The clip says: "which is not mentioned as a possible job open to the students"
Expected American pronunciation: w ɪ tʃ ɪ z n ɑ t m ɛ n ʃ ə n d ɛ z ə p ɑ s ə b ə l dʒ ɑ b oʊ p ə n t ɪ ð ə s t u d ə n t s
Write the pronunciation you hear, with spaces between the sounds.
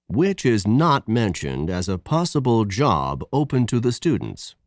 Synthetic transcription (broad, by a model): w ɪ tʃ ɪ z n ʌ t m ɛ n ʃ ə n d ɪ z ə p ɑ s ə b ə l dʒ ɑ b oʊ p ə n t ɪ ð ə s t u d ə n t s